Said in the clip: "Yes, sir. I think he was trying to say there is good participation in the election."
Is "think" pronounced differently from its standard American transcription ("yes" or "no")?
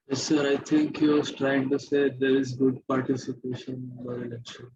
yes